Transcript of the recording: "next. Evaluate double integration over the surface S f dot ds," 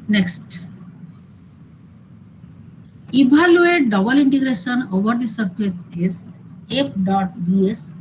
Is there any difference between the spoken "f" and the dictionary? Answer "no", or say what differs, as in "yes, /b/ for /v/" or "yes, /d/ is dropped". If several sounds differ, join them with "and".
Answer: yes, /p/ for /f/